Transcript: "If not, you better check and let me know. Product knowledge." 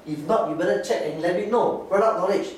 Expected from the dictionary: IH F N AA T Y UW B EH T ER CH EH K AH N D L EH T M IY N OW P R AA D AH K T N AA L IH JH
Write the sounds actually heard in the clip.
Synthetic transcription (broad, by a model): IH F N AA T Y UW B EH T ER CH EH K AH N L EH T M IY N OW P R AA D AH T N AA L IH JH